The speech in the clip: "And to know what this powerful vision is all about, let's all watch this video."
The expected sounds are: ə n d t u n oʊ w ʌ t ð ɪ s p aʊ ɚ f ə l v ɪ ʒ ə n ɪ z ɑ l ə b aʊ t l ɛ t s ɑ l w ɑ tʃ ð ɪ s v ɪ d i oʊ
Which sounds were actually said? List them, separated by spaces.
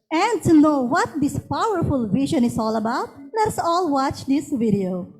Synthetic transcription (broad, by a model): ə n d t u n oʊ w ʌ t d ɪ s p aʊ ɚ f ə l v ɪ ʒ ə n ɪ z ɑ l ə b aʊ t l ɛ t s ɑ l w ɑ tʃ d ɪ s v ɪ d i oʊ